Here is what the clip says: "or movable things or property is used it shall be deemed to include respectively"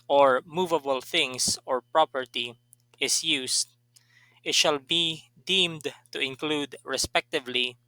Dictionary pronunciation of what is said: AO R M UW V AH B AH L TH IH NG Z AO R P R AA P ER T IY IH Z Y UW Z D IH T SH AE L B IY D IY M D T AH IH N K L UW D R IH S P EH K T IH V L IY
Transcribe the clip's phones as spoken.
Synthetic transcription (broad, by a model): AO R M UW V AH B AH L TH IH NG S AO R P R AA P ER T IY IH S Y UW S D IH T SH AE L B IY D IY M D T AH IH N K L UW D R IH S P EH K T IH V L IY